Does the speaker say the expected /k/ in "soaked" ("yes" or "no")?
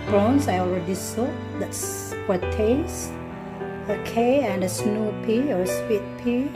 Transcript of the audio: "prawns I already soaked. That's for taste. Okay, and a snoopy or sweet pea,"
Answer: no